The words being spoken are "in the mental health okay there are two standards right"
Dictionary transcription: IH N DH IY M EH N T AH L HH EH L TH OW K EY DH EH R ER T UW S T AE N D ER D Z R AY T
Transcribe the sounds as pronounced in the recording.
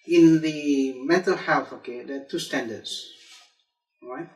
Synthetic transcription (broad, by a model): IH N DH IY M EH T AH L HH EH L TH OW K EY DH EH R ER T UW S T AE N D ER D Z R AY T